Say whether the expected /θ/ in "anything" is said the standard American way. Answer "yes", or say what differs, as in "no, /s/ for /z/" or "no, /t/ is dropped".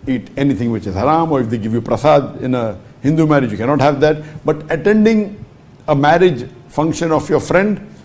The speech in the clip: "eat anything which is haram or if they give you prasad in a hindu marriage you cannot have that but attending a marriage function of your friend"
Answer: no, /t/ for /θ/